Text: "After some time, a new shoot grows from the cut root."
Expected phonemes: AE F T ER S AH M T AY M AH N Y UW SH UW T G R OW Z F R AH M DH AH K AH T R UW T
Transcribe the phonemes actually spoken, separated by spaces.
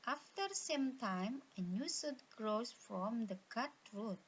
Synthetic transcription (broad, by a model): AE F T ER S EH M T AY M AH N Y UW S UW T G R OW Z F R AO M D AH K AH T R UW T